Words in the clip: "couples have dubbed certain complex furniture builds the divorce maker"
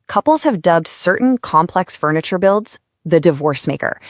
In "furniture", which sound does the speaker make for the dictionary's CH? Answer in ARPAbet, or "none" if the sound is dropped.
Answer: CH